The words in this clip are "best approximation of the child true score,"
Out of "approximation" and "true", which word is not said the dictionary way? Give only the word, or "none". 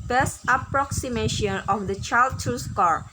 true